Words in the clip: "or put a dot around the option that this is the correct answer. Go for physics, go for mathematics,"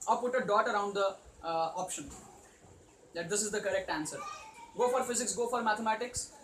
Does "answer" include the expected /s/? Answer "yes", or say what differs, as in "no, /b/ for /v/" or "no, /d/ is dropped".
yes